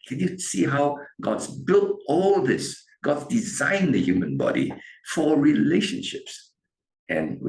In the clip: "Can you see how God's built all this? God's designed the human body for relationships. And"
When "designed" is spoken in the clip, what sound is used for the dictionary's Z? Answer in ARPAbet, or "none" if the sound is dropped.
Z